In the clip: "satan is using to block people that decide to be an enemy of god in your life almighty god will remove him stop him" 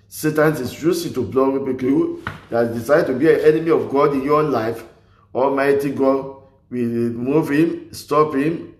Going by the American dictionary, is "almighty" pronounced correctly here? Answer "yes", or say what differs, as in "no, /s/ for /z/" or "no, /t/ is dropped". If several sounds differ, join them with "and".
yes